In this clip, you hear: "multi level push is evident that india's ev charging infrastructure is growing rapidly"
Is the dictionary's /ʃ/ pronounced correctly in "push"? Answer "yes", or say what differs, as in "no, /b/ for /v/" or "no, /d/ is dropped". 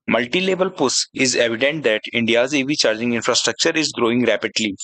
no, /s/ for /ʃ/